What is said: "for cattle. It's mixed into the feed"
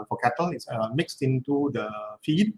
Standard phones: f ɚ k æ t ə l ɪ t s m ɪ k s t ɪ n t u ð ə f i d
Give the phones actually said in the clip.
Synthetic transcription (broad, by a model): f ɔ k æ t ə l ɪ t s m ɪ k s t ɪ n t u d ə f i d